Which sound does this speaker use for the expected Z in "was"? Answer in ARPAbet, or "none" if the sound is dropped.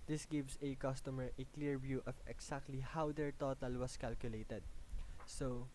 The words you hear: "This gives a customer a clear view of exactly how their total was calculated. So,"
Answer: S